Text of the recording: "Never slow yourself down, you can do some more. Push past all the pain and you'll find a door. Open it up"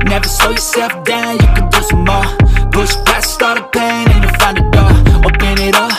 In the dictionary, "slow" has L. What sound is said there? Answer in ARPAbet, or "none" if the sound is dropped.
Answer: none